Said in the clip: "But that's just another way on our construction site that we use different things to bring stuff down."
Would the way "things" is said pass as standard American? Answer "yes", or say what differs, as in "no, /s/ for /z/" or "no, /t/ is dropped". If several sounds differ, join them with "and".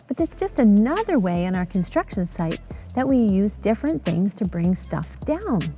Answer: yes